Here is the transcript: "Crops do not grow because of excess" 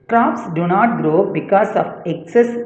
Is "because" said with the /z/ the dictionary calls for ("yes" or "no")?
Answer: no